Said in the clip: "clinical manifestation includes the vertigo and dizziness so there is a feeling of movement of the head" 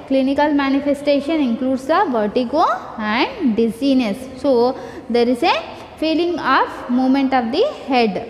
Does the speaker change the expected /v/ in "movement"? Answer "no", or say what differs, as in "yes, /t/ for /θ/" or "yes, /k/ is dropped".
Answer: yes, /v/ is dropped